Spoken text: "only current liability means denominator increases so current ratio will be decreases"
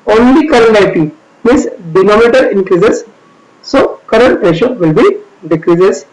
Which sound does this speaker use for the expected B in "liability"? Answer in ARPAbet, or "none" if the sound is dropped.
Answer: none